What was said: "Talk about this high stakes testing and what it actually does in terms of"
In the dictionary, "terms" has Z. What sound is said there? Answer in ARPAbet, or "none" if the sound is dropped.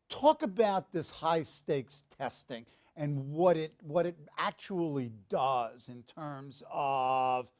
Z